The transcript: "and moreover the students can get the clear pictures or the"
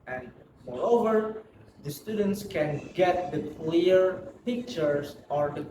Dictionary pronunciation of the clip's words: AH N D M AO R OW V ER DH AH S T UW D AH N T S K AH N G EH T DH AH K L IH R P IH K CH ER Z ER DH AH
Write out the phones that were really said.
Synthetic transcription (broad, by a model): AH N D M AO R OW V ER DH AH S T UW D AH N T S K AH N G EH T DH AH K L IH R P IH K CH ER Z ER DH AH